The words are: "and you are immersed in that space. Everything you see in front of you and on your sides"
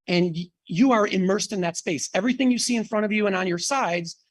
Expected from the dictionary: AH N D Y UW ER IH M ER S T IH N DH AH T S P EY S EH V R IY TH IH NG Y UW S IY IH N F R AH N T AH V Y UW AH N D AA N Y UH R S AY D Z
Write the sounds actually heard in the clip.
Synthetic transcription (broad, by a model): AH N Y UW ER IH M ER S T IH N DH AH T S P EY S EH V R IY TH IH NG Y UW S IY IH N F R AH T AH V Y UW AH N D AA N Y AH R S AY D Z